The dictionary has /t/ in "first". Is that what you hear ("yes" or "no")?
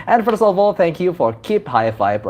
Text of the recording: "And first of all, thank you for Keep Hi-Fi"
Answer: no